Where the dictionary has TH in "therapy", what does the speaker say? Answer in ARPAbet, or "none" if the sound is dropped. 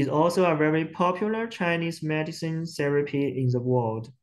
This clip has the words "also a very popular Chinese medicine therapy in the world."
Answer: S